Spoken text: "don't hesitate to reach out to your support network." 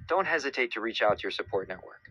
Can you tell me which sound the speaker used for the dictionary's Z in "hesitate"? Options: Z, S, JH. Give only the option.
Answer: Z